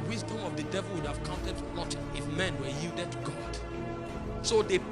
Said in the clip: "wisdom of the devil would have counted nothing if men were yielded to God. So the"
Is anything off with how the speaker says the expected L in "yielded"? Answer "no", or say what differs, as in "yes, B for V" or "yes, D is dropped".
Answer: no